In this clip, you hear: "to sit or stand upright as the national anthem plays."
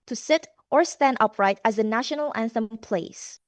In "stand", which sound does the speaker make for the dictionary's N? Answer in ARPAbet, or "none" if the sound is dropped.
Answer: N